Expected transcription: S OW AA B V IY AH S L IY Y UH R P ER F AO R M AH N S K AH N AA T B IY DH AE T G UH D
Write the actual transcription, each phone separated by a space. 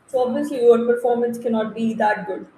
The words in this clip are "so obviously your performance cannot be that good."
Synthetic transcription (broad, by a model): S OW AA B IY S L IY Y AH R P ER F AO R M AH N S K AH N AA T B IY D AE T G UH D